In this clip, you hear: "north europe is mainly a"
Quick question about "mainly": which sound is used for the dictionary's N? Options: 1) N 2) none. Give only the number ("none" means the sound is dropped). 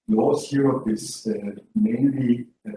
1